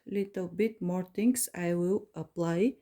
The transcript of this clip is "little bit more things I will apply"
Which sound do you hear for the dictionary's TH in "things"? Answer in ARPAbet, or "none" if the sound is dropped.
T